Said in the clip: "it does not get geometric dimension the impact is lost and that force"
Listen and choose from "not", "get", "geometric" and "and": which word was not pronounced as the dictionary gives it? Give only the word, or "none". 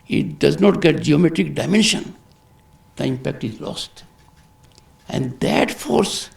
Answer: none